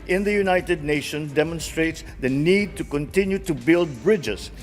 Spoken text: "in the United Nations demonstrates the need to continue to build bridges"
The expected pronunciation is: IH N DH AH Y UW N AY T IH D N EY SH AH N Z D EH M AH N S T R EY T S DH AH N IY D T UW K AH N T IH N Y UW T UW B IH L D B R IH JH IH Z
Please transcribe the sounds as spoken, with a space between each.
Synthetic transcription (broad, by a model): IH N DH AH Y UW N AY T IH D N EY SH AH N D EH M AH N S T R EY T S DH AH N IY D T UW K AH N T IH N Y UW T UW B IH L D B R IH JH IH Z